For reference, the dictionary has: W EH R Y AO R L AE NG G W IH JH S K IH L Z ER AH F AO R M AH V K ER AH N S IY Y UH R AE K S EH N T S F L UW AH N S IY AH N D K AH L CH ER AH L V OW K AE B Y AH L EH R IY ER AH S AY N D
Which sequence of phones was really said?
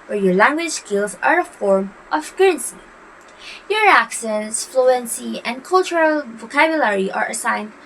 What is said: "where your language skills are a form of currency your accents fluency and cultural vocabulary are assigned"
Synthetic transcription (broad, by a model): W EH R Y AO R L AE NG G W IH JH S K IH L Z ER AH F AO R M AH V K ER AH N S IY Y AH R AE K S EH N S F L UW AH N S IY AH N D K AH L CH ER AH L V OW K AE B Y AH L EH R IY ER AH S AY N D